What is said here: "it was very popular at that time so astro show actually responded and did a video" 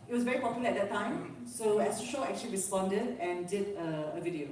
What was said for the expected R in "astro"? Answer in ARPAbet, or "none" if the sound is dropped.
none